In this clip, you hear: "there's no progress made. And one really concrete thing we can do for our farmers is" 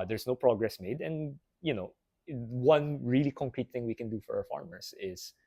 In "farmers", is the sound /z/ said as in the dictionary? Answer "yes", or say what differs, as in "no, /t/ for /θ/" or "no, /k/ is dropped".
no, /s/ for /z/